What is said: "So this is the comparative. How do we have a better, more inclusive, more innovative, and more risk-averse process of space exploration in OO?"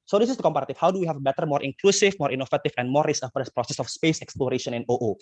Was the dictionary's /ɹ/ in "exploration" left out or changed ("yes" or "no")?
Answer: no